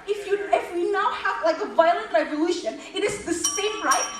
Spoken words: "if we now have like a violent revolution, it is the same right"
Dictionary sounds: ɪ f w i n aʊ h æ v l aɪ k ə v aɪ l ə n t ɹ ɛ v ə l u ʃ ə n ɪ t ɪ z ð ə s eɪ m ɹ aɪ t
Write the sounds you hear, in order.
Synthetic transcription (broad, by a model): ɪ f w i n aʊ h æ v l aɪ k ə v aɪ l ə n t ɹ ɛ v ə l u ʃ ə n ɪ t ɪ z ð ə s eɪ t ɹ aɪ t